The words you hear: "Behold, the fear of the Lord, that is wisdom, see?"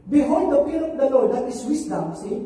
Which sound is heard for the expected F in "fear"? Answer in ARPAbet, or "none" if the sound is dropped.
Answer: P